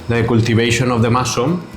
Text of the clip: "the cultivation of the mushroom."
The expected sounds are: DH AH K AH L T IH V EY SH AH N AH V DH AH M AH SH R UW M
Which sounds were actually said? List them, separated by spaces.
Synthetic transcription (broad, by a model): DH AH K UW L T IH B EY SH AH N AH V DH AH M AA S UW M